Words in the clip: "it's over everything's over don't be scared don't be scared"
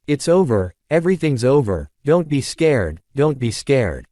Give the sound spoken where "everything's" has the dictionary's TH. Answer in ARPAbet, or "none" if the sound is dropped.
TH